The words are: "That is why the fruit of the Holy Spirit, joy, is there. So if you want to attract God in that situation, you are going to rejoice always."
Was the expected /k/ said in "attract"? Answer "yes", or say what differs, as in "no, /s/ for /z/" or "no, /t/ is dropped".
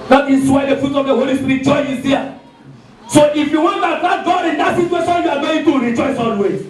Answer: no, /k/ is dropped